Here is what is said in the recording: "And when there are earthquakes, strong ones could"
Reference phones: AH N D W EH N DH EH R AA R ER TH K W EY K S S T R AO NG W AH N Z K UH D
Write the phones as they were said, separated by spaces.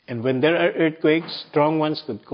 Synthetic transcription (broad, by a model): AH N D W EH N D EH R AA R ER T K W EY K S S T R AO NG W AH N S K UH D